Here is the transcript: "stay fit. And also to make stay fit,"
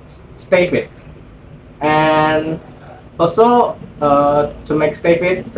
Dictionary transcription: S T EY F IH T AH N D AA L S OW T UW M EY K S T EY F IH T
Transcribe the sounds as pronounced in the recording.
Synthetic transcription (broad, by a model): S T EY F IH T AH N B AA S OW T UW M EY K S T EY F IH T